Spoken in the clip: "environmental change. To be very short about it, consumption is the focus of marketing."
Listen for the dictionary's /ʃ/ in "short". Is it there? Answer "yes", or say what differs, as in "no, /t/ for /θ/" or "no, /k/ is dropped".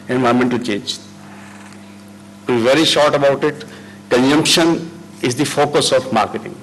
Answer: yes